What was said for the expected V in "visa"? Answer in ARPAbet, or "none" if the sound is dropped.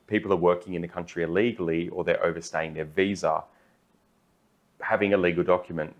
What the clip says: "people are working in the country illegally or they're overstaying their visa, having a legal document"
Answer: V